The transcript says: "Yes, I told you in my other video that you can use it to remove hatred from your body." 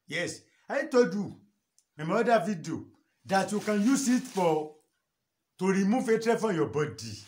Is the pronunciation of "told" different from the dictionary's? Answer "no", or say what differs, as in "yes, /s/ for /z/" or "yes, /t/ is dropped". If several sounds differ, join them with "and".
yes, /l/ is dropped